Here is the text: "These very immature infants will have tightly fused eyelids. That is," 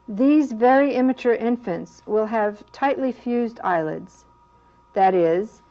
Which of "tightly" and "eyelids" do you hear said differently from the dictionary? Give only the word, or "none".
none